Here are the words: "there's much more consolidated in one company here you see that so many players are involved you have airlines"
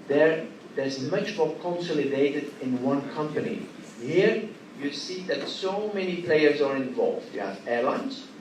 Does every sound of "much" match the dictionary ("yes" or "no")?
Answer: yes